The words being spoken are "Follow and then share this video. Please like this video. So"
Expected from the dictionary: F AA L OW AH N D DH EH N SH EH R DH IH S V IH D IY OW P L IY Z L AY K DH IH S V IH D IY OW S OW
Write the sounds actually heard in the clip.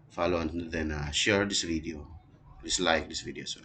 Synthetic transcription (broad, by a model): F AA L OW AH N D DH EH N SH EH R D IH S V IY D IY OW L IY S L AY K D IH S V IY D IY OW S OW